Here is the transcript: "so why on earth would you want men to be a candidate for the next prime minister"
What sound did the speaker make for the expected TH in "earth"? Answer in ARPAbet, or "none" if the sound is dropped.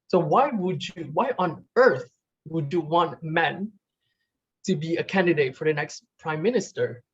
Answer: TH